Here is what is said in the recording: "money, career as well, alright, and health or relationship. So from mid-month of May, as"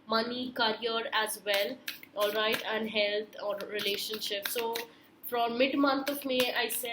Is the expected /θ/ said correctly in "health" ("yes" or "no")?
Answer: no